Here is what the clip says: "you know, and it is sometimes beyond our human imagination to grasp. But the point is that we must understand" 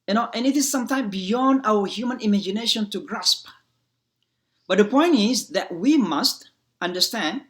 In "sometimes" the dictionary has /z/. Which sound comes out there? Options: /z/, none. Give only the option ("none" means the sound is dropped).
none